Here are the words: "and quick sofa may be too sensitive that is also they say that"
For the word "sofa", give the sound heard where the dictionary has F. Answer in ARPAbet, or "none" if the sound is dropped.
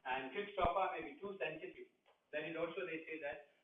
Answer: P